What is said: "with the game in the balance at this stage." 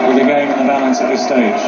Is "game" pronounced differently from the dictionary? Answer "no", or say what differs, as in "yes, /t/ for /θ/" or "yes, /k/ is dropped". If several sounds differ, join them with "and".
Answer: yes, /m/ is dropped